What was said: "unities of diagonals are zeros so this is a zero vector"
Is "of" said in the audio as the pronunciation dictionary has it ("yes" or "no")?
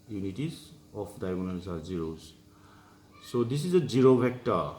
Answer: no